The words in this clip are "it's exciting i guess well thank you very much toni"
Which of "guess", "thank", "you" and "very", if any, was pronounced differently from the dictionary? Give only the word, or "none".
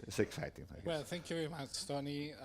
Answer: guess